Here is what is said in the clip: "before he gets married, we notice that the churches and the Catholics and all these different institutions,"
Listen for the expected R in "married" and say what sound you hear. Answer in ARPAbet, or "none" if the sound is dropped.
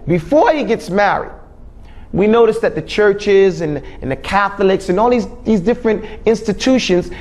R